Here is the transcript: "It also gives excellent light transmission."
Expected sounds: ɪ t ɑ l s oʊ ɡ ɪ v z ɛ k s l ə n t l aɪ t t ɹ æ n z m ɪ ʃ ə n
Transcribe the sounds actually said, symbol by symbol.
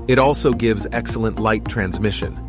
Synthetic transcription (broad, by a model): ɪ t ɑ l s oʊ ɡ ɪ v z ɛ k s l ə n t l aɪ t t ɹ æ n z m ɪ ʃ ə n